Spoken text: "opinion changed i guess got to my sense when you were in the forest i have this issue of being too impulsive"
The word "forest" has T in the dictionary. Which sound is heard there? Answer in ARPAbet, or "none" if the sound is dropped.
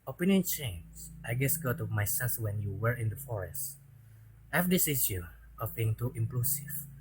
T